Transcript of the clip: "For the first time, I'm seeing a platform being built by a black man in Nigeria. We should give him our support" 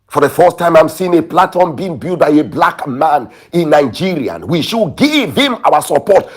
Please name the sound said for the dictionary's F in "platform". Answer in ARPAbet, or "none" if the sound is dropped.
none